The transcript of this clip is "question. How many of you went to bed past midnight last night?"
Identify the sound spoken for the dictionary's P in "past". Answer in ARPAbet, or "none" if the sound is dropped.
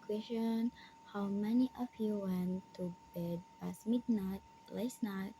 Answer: B